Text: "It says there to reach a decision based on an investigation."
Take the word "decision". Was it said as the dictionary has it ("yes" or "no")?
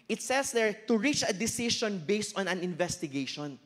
no